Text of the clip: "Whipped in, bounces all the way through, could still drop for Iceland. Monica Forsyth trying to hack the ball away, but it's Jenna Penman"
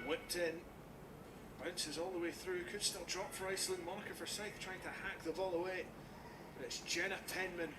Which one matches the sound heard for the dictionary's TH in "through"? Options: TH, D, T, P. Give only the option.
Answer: TH